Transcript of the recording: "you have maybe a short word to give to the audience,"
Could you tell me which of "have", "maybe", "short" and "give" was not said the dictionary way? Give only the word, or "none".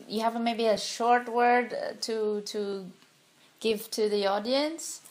none